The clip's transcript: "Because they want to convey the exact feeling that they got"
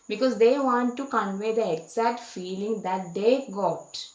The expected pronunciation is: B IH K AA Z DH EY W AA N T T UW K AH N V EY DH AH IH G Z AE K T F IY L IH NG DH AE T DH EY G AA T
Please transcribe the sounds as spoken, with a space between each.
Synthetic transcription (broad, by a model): B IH K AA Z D EY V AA N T T UW K AH N V EY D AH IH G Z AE T F IY L IH NG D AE T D EY G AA T